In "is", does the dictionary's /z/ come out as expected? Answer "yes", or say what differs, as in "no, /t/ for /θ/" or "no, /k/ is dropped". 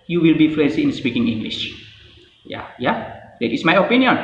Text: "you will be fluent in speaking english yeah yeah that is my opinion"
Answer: no, /s/ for /z/